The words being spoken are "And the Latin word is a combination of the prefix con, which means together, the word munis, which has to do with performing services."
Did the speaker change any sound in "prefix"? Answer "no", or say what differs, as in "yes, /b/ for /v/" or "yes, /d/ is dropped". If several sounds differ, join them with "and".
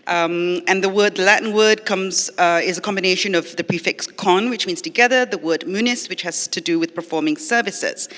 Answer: no